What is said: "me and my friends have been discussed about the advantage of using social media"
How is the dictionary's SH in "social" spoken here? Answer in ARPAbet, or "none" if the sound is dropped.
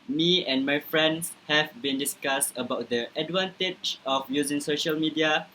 SH